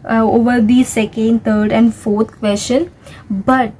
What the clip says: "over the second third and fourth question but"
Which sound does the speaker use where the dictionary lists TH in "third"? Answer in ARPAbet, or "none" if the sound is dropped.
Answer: T